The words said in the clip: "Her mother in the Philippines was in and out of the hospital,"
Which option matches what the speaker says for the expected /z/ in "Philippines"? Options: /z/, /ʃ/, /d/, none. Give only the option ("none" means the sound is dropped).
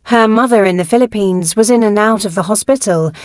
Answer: /z/